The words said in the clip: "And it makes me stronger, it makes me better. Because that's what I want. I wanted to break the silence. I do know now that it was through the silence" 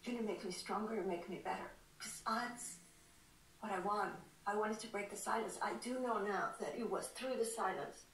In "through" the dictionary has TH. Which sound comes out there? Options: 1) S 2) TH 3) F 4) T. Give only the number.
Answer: 2